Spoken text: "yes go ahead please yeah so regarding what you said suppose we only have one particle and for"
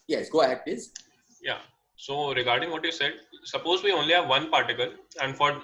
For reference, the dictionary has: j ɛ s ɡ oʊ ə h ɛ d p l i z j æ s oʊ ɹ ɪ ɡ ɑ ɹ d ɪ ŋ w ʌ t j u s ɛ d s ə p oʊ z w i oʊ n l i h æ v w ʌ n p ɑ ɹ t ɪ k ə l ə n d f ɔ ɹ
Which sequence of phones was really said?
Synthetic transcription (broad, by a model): j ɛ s ɡ oʊ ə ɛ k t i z j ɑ s oʊ ɹ ɪ ɡ ɑ ɹ d ɪ ŋ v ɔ t j u s ɛ d s ə p oʊ z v i oʊ n l i h æ v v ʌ n p ɑ ɹ t ɪ k ə l ə n d f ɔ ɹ